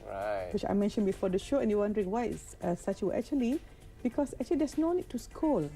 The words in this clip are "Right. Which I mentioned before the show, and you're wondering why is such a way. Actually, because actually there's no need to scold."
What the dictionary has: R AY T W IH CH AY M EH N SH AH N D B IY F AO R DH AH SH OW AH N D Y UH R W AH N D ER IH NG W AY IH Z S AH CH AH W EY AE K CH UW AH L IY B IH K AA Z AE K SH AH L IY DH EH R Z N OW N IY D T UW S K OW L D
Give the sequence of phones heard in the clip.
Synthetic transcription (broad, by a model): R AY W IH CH AY M EH N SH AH N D B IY F AO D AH SH OW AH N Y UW W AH N D ER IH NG W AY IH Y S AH S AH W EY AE K CH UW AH L IY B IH K AA S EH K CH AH L IY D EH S N OW N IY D T UW S K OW L